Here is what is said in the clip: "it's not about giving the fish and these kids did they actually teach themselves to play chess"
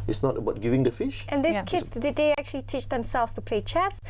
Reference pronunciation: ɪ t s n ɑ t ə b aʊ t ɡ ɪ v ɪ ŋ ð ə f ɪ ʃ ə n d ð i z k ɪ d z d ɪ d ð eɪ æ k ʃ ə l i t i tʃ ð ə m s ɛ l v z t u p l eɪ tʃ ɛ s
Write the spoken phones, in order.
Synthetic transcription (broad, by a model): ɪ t s n ɑ t ə b aʊ t ɡ ɪ v ɪ ŋ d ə f ɪ ʃ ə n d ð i k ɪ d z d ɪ d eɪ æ k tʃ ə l i t i tʃ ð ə m s ɛ l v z t u p l eɪ tʃ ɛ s